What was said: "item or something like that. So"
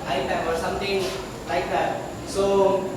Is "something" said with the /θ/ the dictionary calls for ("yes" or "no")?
no